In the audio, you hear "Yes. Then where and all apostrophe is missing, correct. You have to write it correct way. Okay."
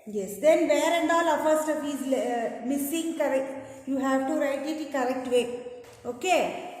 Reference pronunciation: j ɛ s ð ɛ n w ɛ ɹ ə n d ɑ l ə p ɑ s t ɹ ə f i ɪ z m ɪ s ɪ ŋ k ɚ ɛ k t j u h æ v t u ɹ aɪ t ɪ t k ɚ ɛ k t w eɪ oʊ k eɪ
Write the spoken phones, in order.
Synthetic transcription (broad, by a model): j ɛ s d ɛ n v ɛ ɹ ə n d ɑ l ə f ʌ s t ə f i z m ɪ s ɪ ŋ k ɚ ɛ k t j u h æ v t u ɹ aɪ t ɪ t k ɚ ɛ k t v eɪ oʊ k eɪ